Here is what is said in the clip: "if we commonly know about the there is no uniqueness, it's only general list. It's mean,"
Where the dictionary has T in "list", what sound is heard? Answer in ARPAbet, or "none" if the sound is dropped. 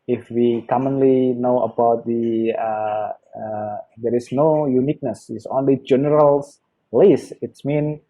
none